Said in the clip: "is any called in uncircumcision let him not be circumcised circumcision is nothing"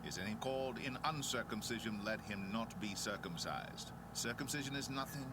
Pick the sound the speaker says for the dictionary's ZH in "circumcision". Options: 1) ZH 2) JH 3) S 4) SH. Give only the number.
1